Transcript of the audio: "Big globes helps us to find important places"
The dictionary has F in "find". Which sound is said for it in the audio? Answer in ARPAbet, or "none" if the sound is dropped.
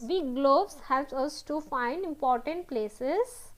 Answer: F